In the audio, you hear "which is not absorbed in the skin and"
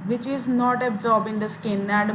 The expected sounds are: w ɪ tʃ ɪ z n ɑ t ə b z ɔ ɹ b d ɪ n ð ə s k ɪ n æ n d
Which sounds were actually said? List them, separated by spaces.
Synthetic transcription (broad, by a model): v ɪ tʃ ɪ z n ɑ t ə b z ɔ ɹ b ɪ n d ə s k ɪ n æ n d